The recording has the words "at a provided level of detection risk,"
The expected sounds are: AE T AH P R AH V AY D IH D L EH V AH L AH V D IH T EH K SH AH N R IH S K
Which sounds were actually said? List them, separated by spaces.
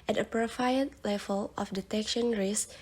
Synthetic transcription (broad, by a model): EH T AH P R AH F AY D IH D L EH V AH L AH F D IH T EH K SH AH N R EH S